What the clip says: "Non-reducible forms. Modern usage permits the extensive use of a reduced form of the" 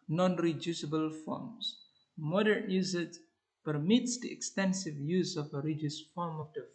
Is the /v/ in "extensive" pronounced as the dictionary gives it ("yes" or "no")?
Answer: yes